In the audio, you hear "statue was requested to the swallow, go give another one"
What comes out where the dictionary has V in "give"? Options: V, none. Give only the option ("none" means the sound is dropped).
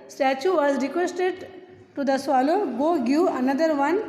none